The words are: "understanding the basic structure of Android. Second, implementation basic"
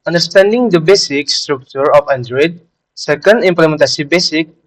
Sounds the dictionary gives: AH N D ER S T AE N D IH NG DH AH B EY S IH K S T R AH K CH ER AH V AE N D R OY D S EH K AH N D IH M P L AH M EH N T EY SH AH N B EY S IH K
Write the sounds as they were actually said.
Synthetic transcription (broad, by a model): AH N D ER S T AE N D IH NG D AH B EY S IH K S T R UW K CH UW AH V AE N D R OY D S EH K AH N D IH M P L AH M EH N T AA S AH B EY S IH K